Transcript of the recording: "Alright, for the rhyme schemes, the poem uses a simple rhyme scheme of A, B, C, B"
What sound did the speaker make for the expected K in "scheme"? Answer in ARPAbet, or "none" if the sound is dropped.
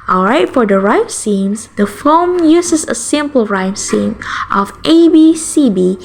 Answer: none